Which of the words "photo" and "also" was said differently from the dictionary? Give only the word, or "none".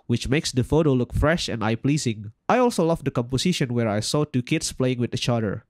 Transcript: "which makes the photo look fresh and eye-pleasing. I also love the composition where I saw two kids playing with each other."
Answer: none